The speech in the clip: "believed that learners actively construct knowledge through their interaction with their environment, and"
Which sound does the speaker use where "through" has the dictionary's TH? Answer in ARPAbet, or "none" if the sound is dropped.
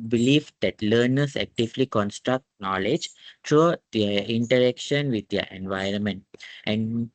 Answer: T